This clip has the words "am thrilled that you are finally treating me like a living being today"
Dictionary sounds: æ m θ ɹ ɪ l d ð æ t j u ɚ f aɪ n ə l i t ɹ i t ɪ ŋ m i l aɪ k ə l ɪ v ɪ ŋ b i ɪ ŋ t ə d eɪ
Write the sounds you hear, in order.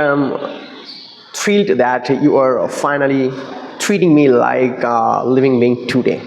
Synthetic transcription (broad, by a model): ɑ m t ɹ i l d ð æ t j u ɚ f aɪ n ə l i t ɹ i t ɪ ŋ m i l aɪ k l ɪ v ɪ ŋ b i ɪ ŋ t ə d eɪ